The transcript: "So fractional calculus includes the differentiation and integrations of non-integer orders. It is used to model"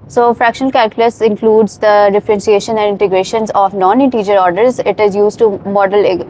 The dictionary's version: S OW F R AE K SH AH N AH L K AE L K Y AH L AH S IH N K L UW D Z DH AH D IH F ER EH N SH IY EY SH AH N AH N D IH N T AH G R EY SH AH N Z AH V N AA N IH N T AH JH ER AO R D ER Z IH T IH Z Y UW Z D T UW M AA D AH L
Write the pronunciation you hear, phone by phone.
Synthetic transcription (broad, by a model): S OW F R AE K SH AH N AH L K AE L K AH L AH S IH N K L UW D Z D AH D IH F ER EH N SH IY EY SH AH N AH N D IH N T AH G R EY SH AH N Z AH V N AA N IH N T AH JH ER AO R D ER Z IH T IH Z Y UW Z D T UW M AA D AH L